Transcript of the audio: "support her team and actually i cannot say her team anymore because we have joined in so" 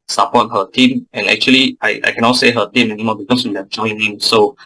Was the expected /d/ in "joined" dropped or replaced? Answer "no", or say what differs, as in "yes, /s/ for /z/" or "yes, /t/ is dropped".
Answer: yes, /d/ is dropped